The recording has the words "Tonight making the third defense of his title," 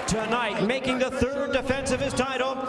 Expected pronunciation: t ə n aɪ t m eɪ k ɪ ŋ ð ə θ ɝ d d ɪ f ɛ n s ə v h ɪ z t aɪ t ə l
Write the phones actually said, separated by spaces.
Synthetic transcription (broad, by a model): t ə n aɪ t m eɪ k ɪ ŋ ð ə θ ɝ d d ɪ f ɛ n s ə v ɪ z t aɪ t l